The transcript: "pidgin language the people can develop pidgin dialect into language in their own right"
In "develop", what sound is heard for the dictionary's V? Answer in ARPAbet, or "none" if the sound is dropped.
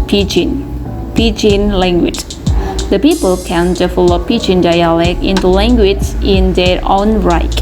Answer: F